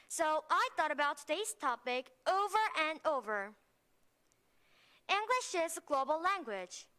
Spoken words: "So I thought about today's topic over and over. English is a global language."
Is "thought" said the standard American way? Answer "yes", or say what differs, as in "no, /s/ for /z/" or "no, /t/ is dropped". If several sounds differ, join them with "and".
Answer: yes